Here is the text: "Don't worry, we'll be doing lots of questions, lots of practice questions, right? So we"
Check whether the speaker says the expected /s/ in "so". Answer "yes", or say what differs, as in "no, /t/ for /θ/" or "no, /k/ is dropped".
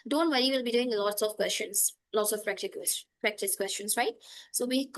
yes